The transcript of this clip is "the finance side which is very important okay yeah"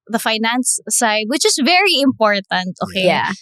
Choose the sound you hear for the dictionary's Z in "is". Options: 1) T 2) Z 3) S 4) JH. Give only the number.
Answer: 3